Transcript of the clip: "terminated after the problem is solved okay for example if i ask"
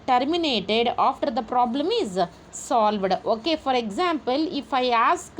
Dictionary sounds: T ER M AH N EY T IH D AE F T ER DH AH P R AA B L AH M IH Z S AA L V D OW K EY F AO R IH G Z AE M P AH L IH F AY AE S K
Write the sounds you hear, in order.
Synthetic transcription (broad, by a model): T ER M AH N EY T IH D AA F T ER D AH P R AA B L AH M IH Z S AA L V D OW K EY F AO R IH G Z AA M P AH L IH F AY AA S K